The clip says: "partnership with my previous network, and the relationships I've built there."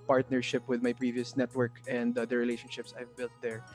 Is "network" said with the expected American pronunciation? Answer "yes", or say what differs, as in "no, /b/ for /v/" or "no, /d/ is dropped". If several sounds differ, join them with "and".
yes